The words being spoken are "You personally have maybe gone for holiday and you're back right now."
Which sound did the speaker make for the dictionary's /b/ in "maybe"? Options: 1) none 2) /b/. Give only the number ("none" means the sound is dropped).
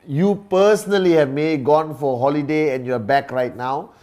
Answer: 1